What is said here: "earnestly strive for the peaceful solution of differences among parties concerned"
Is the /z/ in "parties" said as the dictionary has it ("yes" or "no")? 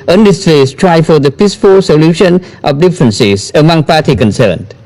no